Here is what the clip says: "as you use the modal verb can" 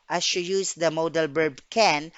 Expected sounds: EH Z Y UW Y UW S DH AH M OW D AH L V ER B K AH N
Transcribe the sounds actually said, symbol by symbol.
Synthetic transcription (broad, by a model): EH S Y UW Y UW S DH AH M OW D AH L B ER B K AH N